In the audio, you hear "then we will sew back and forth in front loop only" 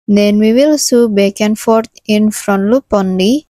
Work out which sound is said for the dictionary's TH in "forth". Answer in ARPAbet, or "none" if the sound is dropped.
T